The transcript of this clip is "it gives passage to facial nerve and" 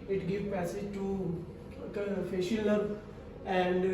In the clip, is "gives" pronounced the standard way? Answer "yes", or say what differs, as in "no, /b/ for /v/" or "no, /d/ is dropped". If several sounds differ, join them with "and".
no, /z/ is dropped